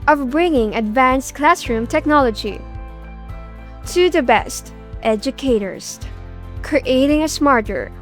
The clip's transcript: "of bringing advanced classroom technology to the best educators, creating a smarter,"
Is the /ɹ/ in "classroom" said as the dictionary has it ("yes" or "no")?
yes